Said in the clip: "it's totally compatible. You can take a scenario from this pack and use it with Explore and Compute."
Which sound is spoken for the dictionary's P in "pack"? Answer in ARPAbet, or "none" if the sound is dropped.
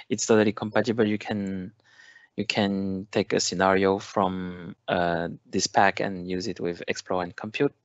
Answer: P